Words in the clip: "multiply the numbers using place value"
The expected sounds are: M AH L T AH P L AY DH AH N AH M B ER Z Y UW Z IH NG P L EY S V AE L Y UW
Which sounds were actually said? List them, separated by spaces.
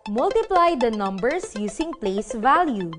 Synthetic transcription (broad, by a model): M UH L T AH P L AY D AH N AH M B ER S Y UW S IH NG P L EY S V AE L Y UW